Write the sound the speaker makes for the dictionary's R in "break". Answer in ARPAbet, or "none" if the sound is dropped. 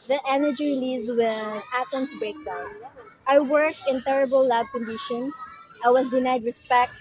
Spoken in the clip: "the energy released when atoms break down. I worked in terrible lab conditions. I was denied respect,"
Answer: R